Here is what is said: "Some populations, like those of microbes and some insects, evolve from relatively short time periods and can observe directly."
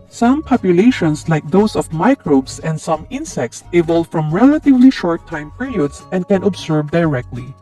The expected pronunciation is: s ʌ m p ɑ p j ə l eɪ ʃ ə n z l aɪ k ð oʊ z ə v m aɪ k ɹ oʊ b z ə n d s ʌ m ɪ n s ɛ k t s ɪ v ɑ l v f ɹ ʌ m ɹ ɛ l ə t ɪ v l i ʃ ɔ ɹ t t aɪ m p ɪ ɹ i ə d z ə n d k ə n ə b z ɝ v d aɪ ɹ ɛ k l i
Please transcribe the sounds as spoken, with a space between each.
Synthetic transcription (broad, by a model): s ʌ m p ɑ p j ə l eɪ ʃ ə n s l aɪ k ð oʊ s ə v m aɪ k ɹ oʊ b s ə n d s ʌ m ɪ n s ɛ k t s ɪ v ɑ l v f ɹ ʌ m ɹ ɛ l ə t ɪ v l i ʃ ɔ ɹ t t aɪ m p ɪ ɹ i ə d s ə n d k ə n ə b s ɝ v d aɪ ɹ ɛ k l i